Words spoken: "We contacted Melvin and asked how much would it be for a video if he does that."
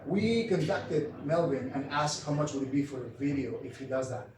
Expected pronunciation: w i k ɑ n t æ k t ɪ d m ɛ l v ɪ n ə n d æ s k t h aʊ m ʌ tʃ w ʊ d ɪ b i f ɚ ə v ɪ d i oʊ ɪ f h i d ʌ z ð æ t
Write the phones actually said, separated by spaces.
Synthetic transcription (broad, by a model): w i k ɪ n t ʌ k t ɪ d m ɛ l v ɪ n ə n æ s k t h aʊ m ʌ tʃ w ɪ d ɪ b i f ɚ ə v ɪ d i oʊ ɪ f h i d ʌ z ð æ t